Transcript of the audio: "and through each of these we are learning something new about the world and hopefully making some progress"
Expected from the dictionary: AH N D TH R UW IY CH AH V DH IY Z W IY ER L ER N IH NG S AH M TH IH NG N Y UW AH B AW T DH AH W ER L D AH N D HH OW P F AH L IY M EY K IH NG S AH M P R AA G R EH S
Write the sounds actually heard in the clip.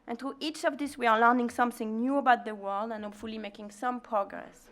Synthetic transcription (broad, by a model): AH N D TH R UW IY CH AH V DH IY S W IY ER L ER N IH NG S AH M TH IH NG N Y UW AH B AW T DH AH W ER L D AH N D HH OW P F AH L IY M EY K IH NG S AH M P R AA G R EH S